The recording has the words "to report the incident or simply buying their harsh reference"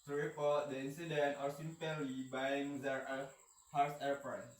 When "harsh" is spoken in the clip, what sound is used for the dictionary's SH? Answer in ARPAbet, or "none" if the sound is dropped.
S